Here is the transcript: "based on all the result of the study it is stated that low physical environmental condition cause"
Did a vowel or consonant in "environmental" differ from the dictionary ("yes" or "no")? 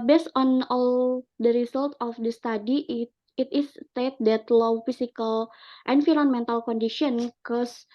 yes